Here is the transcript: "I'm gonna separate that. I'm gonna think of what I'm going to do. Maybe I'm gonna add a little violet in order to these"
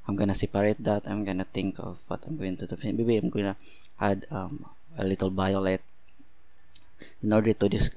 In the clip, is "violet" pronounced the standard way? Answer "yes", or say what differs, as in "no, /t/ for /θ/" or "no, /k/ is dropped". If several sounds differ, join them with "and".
no, /b/ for /v/